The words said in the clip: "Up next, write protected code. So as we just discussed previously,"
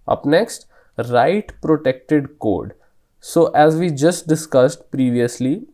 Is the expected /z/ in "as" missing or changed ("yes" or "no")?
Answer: no